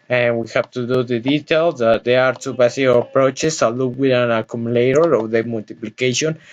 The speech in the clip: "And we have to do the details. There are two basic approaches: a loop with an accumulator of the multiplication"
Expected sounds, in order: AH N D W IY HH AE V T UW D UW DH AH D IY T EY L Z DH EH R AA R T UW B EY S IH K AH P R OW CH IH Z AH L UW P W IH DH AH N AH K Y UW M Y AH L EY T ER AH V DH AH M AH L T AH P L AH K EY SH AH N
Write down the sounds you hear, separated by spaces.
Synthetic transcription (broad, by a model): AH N W IY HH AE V T UW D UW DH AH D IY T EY L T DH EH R AA R T UW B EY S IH AH P R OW CH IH S AH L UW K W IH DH AH N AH K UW M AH L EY T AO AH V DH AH M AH L T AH P L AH K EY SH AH N